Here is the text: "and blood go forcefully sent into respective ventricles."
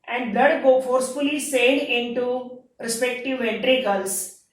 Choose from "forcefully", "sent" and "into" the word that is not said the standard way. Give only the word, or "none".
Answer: sent